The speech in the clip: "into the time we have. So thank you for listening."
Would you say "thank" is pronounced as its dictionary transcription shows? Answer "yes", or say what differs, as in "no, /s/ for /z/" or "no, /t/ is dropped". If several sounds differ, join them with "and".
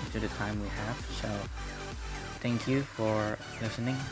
yes